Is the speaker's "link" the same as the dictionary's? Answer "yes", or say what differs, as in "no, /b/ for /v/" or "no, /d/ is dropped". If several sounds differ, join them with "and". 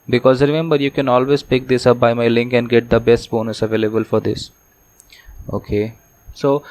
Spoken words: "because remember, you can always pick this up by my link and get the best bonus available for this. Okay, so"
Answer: yes